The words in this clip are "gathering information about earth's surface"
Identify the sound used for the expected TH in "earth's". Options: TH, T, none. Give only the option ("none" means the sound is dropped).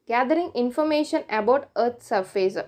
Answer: T